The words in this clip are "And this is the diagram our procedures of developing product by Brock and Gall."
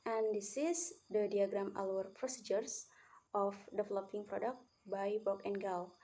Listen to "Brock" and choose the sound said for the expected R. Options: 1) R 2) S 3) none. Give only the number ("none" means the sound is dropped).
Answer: 3